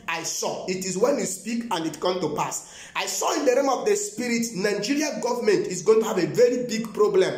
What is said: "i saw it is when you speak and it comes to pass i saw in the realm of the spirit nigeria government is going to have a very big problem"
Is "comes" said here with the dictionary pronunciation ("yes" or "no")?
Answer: no